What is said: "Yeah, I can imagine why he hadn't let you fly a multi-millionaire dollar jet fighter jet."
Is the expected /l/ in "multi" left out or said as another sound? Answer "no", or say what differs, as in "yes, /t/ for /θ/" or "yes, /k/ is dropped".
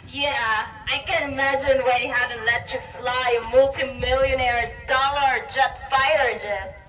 no